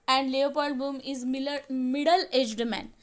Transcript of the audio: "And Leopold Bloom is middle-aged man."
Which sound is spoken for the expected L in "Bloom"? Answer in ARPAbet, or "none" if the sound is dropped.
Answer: none